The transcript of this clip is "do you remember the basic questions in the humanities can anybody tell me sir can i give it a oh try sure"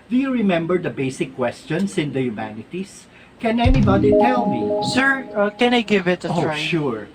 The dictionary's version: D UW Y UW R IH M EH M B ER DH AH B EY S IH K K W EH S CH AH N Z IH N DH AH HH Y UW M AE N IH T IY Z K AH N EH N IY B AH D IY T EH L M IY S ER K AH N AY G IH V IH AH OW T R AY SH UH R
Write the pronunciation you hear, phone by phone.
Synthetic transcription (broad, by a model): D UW Y UW R IH M EH M B ER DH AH B EY S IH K K W EH S CH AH N S IH N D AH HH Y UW M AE N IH T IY S K AH N EH N IY B AH D IY T EH L M IY S ER K AH N AY G IH V IH T AY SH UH R